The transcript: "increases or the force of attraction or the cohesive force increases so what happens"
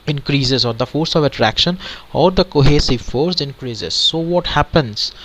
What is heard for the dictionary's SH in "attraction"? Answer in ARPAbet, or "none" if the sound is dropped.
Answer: SH